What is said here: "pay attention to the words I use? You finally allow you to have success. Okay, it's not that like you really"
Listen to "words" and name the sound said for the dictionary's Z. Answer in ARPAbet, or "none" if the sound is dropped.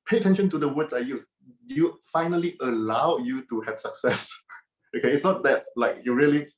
S